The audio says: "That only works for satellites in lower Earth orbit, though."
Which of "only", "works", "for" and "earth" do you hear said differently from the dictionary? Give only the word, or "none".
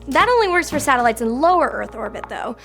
none